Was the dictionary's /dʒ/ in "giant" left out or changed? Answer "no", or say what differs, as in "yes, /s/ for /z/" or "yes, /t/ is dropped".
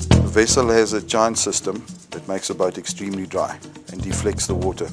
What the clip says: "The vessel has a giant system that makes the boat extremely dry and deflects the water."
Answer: yes, /tʃ/ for /dʒ/